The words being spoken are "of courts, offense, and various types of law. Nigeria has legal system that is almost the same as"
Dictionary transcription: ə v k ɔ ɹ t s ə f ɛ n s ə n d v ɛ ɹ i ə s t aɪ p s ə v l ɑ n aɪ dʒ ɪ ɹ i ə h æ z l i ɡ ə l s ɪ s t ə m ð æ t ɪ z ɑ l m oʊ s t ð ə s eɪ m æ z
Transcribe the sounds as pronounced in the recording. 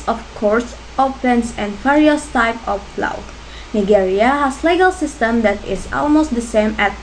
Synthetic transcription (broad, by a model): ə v k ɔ ɹ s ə p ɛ n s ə n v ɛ ɹ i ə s t aɪ p ə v l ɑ n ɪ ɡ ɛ ɹ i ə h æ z l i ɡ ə l s ɪ s t ə m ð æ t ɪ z ɑ l m oʊ s t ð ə s eɪ m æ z